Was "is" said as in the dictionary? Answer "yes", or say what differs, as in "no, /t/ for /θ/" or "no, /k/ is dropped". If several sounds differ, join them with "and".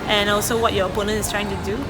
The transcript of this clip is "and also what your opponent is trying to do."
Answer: no, /s/ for /z/